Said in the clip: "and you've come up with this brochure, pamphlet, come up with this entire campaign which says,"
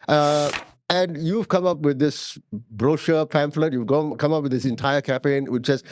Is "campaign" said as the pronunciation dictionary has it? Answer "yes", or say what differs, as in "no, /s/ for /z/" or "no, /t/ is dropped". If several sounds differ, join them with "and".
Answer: no, /m/ is dropped